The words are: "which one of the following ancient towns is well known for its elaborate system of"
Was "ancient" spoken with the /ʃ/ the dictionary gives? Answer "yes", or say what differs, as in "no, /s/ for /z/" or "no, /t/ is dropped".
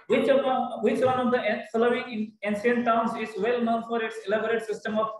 no, /s/ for /ʃ/